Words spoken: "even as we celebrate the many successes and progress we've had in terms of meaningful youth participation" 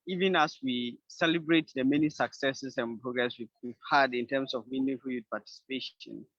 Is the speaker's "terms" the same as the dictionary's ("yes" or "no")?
no